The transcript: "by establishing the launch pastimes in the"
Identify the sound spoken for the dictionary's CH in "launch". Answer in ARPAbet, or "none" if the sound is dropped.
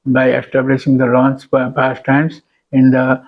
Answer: S